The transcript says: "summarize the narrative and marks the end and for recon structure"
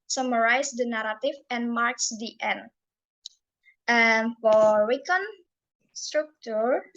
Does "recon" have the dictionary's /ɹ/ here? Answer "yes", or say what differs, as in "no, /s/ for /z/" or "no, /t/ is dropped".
no, /w/ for /ɹ/